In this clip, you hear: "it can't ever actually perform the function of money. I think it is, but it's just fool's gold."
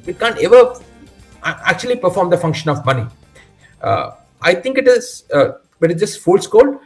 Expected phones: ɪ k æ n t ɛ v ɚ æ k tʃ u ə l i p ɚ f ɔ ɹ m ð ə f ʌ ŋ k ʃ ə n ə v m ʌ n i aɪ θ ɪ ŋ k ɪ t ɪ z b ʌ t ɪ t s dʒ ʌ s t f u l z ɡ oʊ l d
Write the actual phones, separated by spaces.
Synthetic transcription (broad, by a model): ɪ k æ n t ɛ v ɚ æ k tʃ u ə l i p ɚ f ɔ ɹ m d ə f ʌ ŋ k ʃ ə n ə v m ʌ n i aɪ t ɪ ŋ k ɪ t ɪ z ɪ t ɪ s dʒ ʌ s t f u l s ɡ oʊ l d